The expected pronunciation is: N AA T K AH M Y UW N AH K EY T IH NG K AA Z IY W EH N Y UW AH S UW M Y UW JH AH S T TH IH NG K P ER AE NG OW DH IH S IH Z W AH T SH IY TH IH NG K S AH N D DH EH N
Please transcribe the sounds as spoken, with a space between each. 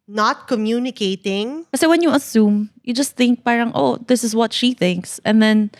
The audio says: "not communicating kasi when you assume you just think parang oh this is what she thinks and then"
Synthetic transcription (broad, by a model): N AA T K AH M Y UW N AH K EY T IH NG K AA S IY W EH N Y UW AH S UW M Y UW JH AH S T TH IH NG K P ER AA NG OW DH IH S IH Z W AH T SH IY TH IH NG K S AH N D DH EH N